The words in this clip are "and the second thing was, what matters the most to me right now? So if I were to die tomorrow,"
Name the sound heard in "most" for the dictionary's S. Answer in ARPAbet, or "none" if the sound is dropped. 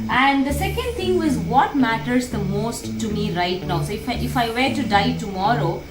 S